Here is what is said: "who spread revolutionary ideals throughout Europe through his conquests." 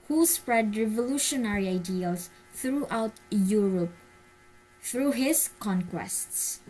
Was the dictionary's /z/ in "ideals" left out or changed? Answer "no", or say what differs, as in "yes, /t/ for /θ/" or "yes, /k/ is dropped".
yes, /s/ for /z/